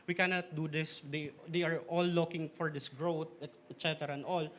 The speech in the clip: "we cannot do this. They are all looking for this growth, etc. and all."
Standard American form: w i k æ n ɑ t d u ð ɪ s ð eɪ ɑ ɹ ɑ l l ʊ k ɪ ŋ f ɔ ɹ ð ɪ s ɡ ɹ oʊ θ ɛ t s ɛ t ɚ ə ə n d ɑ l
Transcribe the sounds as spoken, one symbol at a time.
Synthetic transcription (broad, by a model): w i k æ n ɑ t d u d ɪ s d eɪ ɑ ɹ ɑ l l ʊ k ɪ ŋ f ɔ ɹ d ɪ s ɡ ɹ oʊ t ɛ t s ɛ t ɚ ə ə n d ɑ l